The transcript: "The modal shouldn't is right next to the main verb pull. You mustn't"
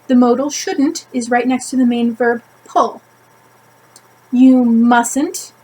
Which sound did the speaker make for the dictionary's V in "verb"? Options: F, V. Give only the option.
V